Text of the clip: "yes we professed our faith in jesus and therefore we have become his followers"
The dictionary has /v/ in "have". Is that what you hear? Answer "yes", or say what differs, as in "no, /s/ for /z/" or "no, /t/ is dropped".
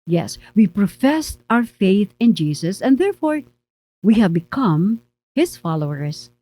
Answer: yes